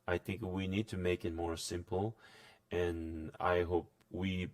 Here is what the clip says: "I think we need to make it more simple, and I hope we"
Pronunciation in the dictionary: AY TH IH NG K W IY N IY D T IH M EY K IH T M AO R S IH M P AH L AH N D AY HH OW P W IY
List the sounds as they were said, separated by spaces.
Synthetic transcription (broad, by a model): AY TH IH NG K W IY N IY D T IH M EY K IH T M AO R S IH M P L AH N AY HH OW P W IY